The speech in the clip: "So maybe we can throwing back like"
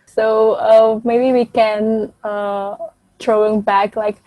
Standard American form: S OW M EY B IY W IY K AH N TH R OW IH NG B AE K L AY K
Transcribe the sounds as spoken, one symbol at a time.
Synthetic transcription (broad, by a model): S OW M EY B IY W IY K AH N T R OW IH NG B AE K L AY K